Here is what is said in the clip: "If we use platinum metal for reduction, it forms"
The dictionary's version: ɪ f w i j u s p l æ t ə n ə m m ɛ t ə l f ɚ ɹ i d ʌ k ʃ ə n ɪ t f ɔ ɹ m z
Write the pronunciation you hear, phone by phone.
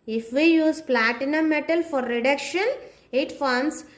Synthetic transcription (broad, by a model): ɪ f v i j u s p l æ t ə n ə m m ɛ t ə l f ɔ ɹ i d ʌ k ʃ ə n ɪ t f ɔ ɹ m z